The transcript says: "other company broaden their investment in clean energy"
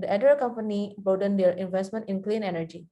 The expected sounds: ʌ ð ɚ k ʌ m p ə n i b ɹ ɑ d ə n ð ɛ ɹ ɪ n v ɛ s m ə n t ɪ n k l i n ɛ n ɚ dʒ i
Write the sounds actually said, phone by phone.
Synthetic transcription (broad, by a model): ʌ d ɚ k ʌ m p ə n i b ɑ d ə n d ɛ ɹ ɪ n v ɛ s m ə n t ɪ n k l i n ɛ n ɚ dʒ i